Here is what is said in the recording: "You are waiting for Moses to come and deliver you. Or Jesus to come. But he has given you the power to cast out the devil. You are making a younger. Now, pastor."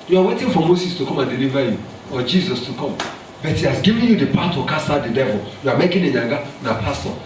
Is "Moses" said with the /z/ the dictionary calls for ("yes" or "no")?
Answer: no